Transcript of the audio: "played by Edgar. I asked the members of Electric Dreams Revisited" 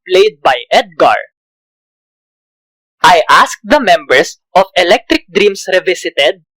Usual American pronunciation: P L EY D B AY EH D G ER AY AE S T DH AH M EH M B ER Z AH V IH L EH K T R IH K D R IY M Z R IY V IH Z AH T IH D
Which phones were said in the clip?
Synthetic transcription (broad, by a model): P L EY D B AY EH D G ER AY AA S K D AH M EH M B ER S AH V IH L EH K T R IH K D R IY M S R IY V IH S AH T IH D